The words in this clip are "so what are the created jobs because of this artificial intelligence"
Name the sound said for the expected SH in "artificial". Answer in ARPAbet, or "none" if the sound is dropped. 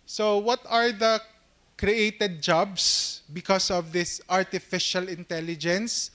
SH